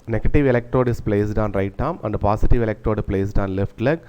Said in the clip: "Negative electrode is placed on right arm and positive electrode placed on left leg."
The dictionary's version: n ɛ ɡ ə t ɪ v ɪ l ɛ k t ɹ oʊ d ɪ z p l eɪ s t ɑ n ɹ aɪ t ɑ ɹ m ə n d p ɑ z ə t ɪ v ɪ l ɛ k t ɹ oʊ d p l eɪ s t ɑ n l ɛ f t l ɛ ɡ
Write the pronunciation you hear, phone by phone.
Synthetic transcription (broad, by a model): n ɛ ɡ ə t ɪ v ɪ l ɛ k t ɹ oʊ d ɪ s p l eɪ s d ɑ n ɹ aɪ t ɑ m ə n d p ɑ s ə t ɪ v ɪ l ɛ k t ɹ oʊ d p l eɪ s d ɑ n l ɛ f t l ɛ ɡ